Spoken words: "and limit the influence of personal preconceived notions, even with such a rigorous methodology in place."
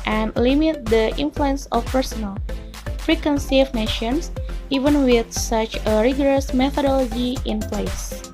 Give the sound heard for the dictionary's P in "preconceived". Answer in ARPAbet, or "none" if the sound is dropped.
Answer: F